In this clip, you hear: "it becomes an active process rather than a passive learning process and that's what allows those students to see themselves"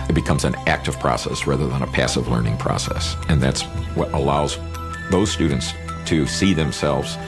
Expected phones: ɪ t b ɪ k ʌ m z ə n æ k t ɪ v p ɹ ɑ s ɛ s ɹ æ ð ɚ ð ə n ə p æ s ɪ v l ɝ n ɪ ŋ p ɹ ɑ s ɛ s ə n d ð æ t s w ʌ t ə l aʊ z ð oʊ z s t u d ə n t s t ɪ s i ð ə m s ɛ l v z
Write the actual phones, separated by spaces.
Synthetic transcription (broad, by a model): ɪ t b ɪ k ʌ m z ə n æ k t ɪ v p ɹ ɑ s ɛ s ɹ æ ð ɚ ð ə n ə p æ s ɪ v l ɝ n ɪ ŋ p ɹ ɑ s ɛ s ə n ð æ t s w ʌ t ə l aʊ z ð oʊ z s t u d n t s t ɪ s i ð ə m s ɛ l v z